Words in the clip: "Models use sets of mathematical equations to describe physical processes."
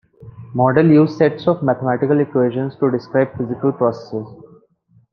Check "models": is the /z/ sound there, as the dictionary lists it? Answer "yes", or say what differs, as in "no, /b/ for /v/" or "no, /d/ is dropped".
no, /z/ is dropped